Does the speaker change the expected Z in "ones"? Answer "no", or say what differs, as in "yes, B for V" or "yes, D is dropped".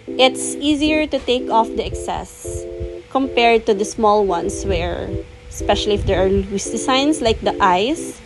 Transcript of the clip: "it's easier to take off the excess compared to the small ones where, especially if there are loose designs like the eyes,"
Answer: yes, S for Z